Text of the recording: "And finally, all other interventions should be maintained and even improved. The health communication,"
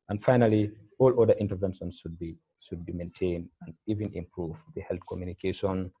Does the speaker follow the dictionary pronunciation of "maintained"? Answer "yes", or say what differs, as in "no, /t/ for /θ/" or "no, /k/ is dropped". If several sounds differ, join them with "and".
yes